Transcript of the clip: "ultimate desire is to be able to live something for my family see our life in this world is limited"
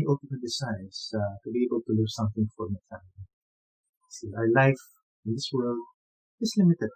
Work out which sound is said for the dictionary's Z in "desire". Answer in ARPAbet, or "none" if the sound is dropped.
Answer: S